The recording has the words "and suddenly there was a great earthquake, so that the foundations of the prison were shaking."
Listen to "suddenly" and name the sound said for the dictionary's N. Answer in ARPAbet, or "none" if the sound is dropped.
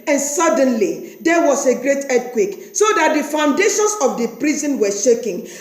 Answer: N